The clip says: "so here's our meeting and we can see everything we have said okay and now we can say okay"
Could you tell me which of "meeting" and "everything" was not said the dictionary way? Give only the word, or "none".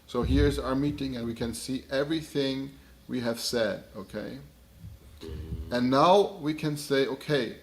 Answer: none